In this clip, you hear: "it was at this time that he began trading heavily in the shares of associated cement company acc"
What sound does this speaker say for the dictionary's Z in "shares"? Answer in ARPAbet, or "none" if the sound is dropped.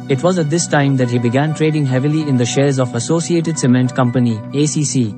Z